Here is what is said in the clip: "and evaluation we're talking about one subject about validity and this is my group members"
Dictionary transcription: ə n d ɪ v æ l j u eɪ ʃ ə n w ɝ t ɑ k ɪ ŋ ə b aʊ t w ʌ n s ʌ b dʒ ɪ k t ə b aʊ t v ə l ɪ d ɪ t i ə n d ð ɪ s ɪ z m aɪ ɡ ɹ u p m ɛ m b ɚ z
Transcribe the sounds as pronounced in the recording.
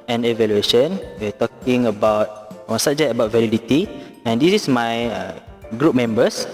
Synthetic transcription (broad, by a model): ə n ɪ v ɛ l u eɪ ʃ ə n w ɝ t ɑ k ɪ ŋ ə b aʊ t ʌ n s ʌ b dʒ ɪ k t ə b aʊ t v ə l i d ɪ t i ə n d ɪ s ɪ s m aɪ ɡ ɹ u p m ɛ m b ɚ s